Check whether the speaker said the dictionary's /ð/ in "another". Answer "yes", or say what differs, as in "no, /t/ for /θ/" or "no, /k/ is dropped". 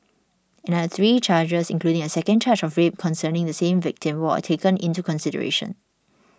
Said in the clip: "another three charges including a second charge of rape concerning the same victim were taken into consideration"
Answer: no, /ð/ is dropped